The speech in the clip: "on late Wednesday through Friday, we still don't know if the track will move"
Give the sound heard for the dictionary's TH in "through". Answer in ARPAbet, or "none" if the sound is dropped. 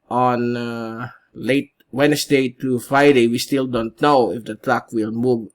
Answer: T